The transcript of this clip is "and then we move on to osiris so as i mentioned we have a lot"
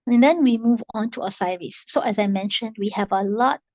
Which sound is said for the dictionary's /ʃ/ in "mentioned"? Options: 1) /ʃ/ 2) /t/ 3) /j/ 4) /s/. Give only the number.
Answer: 1